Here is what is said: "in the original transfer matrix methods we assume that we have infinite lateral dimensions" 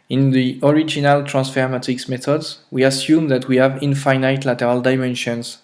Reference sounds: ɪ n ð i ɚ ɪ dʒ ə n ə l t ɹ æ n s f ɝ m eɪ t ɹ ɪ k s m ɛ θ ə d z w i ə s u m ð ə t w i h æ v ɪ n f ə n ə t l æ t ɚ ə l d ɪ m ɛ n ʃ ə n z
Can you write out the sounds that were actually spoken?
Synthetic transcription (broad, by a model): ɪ n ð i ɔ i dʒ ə n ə l t ɹ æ n s f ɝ m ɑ t ɪ k s m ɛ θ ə d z w i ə s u m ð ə t w i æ v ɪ n f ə n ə t l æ t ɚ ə l d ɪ m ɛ n ʃ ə n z